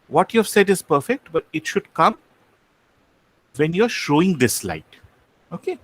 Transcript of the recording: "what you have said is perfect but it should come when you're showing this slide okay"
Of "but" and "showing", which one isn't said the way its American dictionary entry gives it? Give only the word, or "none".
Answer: none